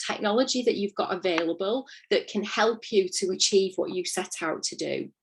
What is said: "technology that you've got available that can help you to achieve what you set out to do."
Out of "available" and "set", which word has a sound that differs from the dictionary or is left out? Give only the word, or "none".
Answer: none